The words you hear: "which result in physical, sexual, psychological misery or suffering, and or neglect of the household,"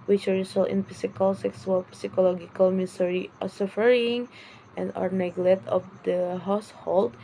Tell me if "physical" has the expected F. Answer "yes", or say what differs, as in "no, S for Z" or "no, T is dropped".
no, P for F